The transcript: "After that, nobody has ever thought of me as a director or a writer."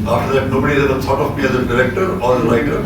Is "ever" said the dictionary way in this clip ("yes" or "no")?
no